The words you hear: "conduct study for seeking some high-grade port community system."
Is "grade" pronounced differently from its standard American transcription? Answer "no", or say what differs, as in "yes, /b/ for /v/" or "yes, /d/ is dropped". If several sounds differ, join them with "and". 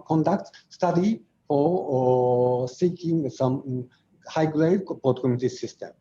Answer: yes, /l/ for /ɹ/